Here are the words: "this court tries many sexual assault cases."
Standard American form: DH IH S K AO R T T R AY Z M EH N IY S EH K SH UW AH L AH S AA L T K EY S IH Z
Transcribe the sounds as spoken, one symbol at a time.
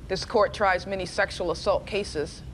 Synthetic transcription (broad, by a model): DH IH S K AO R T T R AY Z M EH N IY S EH K SH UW L AH S AA L T K EY S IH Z